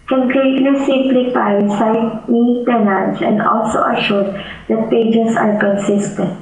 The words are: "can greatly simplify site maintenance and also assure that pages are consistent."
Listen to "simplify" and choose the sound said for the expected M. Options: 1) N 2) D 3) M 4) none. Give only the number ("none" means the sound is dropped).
4